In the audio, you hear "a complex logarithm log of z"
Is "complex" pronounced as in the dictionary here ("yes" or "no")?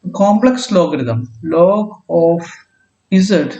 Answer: yes